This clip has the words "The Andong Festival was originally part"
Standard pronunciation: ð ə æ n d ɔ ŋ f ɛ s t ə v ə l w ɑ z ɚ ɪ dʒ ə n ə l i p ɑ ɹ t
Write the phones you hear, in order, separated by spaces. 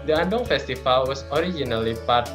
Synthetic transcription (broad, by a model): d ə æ d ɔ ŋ f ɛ s t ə f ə l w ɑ s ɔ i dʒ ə n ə l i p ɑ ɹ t